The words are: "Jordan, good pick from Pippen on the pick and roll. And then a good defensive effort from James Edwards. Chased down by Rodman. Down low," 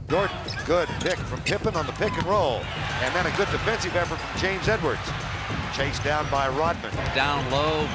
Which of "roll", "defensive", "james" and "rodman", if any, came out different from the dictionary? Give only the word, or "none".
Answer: none